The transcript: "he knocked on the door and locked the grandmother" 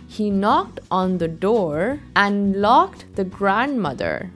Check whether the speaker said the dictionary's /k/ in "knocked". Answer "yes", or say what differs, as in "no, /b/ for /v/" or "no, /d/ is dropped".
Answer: yes